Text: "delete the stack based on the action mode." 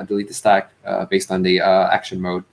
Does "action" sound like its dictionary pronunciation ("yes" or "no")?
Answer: yes